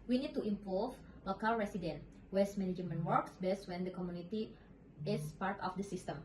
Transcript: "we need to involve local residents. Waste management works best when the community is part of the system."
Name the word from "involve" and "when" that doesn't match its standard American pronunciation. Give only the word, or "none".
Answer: involve